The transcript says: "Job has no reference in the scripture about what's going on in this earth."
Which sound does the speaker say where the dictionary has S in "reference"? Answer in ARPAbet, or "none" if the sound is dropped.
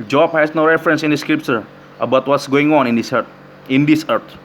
S